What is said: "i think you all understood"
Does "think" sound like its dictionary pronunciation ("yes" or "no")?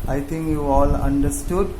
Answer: no